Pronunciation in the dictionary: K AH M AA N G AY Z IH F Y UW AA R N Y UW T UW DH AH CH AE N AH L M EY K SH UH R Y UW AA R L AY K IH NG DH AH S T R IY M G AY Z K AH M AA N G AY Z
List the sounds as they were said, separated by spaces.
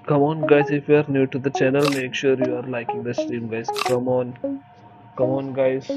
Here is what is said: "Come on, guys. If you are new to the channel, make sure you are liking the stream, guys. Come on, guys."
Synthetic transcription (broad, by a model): K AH M AA N G AY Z IH F Y UW AA R N Y UW T UW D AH CH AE N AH L M EY K SH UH R Y UW AA R L AY K IH NG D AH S T IY M G AY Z K AH M AA N G AY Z